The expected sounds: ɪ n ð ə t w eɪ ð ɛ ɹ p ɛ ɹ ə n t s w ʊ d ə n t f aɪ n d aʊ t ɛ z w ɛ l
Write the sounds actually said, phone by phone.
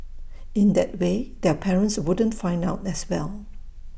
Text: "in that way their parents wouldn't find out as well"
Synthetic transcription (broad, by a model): ɪ n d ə t w eɪ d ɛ p ɛ ɹ ə n t s w ʊ d ə n t f aɪ n d aʊ t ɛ s w ɛ l